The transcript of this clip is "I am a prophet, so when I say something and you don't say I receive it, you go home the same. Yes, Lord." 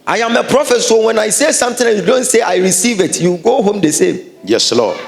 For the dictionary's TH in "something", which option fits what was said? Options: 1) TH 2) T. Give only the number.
2